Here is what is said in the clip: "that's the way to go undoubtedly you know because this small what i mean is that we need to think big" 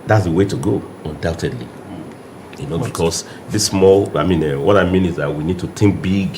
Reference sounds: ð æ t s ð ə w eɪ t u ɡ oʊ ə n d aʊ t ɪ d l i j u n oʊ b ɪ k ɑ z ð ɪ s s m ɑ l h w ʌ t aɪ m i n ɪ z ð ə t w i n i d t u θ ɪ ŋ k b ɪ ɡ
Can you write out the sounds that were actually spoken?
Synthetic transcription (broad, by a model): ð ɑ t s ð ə w eɪ t u ɡ oʊ ə n d aʊ t ɪ d l i j u n oʊ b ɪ k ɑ s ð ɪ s s m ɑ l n w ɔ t aɪ m i n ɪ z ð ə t w i n i d t u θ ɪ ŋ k b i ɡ